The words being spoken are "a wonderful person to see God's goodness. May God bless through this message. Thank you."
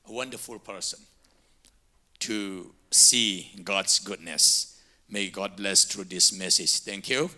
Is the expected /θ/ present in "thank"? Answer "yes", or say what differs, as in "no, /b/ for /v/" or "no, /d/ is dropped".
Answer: no, /t/ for /θ/